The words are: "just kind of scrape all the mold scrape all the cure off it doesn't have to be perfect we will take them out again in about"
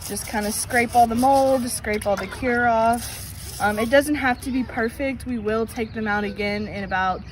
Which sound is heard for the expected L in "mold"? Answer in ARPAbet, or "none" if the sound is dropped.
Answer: L